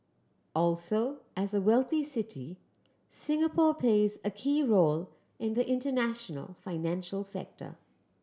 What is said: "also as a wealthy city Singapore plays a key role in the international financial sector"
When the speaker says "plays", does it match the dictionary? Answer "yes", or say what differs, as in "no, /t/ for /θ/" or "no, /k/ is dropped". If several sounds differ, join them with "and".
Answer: yes